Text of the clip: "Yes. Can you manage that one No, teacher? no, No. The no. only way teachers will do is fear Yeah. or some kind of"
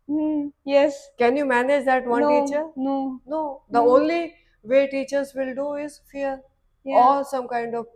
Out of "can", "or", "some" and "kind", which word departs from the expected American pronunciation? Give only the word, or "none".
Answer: or